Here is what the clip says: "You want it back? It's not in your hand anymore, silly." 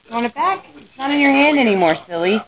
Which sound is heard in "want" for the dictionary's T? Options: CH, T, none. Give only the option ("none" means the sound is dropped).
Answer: none